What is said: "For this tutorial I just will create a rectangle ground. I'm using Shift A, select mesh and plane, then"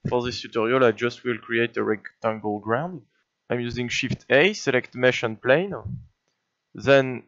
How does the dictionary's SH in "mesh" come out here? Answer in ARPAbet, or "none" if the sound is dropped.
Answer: SH